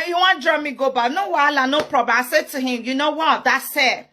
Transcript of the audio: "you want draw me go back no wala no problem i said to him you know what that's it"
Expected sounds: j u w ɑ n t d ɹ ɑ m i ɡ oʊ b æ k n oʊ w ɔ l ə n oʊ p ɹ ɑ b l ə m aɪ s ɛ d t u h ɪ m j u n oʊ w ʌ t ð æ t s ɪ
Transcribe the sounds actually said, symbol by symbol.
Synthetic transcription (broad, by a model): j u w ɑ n d ɹ ɑ m i ɡ oʊ b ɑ n oʊ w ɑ l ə n oʊ p ɹ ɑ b ə aɪ s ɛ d t u h ɪ m j u n oʊ w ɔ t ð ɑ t s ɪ